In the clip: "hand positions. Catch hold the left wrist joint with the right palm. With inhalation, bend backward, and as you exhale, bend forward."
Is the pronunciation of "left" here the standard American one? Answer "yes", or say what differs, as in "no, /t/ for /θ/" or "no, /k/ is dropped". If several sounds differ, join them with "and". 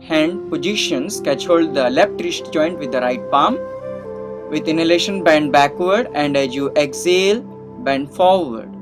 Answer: no, /p/ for /f/